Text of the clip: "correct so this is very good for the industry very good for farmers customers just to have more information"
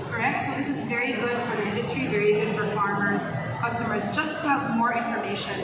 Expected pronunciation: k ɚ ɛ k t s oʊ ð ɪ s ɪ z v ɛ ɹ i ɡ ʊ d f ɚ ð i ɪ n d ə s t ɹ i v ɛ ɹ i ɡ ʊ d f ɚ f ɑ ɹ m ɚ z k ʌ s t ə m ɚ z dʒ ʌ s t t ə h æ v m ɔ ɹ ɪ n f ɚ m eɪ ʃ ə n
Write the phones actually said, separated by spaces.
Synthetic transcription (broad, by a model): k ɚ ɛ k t s oʊ ð ɪ s ɪ z v ɛ ɹ i ɡ ʊ d f ɚ ð i ɪ n d ə s t ɹ i v ɛ ɹ i ɡ ʊ d f ɚ f ɑ ɹ m ɚ z k ʌ s t ə m ɚ z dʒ ʌ s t t ə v m ɔ ɹ ɪ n f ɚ m eɪ ʃ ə n